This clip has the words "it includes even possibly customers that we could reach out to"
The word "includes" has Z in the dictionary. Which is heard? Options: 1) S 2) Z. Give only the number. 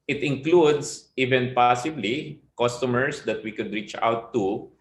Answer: 1